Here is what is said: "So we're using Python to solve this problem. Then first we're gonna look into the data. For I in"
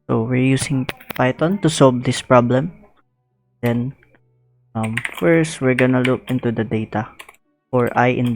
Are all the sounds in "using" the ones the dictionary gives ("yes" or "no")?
no